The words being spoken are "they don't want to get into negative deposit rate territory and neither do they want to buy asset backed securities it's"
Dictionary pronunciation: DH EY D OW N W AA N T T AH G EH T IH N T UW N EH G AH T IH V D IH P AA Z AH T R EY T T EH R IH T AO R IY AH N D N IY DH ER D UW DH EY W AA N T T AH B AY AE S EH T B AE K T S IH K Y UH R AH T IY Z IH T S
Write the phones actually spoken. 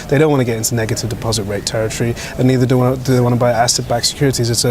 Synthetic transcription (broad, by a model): DH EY D OW N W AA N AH G EH T IH N T UW N EH G AH T IH V D IH P AA Z AH T R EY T T EH R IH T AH R IY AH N N IY DH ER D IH DH EY W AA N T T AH B AY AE S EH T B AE K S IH K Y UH R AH T IY Z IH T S